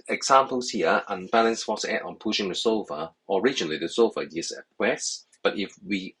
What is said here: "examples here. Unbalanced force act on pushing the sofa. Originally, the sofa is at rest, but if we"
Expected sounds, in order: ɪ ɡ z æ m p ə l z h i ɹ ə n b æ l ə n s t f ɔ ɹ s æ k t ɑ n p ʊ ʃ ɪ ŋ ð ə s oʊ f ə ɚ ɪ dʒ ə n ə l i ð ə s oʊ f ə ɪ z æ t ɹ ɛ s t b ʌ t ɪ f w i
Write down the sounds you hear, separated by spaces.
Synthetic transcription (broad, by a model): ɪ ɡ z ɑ m p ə l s h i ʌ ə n b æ l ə n s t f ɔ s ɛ t ɑ n p ʊ ʃ ɪ ŋ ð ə s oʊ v ə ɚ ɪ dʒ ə n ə l i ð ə s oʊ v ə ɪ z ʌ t w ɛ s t b ʌ t ɪ f w i